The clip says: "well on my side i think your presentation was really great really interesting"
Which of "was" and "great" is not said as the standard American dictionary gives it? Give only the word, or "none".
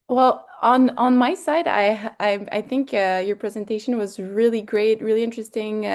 none